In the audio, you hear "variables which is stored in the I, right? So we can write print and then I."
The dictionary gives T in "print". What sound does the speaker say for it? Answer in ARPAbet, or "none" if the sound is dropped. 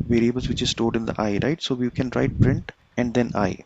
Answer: T